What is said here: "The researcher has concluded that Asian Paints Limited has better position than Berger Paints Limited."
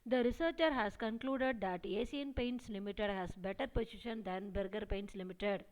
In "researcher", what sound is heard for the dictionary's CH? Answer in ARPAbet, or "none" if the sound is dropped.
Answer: CH